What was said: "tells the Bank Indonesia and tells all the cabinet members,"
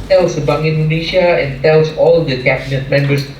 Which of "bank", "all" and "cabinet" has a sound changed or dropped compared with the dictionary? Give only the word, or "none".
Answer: bank